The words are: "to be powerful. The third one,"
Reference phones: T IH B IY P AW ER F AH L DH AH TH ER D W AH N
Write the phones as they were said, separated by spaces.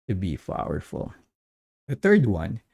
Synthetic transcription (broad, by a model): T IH B IY F AW ER F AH L DH AH TH ER D W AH N